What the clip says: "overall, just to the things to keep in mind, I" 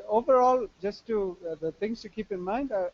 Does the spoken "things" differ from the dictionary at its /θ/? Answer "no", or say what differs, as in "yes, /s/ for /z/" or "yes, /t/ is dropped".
yes, /t/ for /θ/